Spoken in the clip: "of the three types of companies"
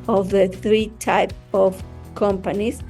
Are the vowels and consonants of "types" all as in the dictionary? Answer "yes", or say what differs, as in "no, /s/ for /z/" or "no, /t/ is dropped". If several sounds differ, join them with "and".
no, /s/ is dropped